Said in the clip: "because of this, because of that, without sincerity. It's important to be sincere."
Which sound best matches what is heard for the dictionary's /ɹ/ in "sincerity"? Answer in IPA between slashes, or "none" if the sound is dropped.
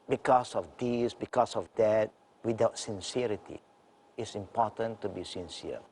/ɹ/